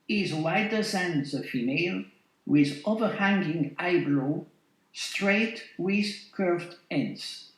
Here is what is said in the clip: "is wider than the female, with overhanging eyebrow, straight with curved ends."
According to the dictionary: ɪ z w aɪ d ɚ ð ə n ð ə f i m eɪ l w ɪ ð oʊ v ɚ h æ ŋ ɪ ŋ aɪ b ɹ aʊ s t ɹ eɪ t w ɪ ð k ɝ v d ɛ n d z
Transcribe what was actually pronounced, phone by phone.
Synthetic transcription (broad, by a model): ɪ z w aɪ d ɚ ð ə n ð ə f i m eɪ l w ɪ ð oʊ v ɚ h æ ŋ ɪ ŋ aɪ b l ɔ s t ɹ eɪ t w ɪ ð k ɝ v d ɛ n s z